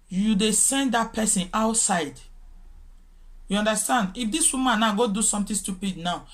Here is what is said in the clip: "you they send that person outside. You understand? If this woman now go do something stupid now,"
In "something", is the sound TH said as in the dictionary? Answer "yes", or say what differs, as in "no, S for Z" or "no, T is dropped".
no, T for TH